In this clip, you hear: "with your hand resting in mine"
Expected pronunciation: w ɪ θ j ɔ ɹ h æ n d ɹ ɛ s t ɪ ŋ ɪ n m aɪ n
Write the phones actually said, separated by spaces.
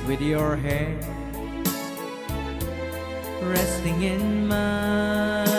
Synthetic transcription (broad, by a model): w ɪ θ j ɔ ɹ h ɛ d ɹ ɛ s t ɪ ŋ ɪ n m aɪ